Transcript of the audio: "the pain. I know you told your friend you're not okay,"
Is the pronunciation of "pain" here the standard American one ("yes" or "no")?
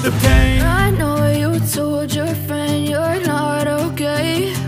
no